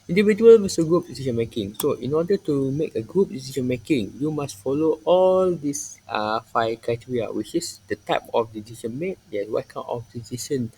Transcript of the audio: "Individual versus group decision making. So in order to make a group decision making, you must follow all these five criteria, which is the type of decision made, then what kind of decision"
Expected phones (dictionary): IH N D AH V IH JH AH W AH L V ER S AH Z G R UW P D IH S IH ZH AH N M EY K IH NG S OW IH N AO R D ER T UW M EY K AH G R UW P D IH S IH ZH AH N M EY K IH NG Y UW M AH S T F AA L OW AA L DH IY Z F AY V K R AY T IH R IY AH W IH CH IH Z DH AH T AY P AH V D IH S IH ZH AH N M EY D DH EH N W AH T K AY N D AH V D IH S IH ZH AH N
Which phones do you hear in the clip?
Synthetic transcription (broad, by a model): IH N D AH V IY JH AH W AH L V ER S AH G R UW P D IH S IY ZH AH N M EY K IH NG S OW IH N AO D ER T UW M EY K AH G R UW P D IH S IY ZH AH N M EY K IH NG Y UW M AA S T F AA L OW AA L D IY S F AY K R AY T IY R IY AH W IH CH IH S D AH T AY P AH F D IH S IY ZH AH N M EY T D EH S W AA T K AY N AH F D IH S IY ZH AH N